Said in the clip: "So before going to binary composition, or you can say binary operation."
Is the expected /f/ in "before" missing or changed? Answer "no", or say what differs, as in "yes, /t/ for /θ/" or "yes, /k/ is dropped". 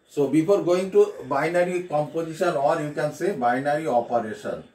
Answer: yes, /p/ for /f/